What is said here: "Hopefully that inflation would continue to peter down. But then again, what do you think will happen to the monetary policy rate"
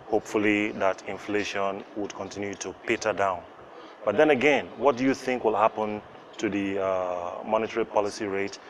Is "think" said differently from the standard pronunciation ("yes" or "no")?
no